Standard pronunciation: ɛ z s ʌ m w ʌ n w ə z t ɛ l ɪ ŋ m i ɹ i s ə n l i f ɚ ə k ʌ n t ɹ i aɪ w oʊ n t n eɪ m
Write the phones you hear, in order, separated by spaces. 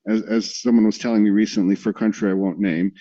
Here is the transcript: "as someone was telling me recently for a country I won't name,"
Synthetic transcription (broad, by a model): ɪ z s ʌ m w ʌ n w ə z t ɛ l ɪ ŋ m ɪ ɹ i s ə n l i f ɚ ə k ʌ n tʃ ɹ i aɪ w oʊ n n eɪ m